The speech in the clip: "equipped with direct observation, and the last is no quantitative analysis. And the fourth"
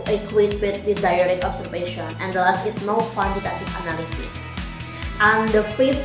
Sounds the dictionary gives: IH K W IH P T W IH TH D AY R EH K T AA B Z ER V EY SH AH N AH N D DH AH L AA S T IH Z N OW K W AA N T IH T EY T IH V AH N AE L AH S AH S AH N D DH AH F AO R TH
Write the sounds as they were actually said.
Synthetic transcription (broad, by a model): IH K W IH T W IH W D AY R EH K AA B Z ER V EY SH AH N AH N D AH L AA S T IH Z N OW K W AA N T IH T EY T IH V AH N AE L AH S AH S AH N D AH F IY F